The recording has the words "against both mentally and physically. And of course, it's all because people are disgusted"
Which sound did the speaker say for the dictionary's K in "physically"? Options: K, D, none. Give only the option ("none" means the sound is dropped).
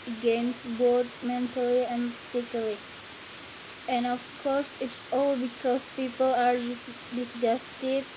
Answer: none